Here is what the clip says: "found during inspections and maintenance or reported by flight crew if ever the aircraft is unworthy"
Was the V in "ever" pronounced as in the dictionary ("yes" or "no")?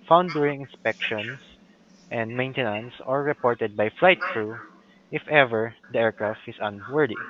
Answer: yes